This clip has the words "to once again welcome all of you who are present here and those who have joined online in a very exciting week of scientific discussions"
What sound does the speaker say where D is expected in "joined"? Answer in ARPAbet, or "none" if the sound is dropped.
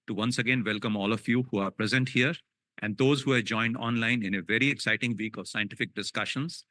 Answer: D